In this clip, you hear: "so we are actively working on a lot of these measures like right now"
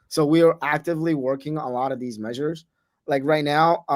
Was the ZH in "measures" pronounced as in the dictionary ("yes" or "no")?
yes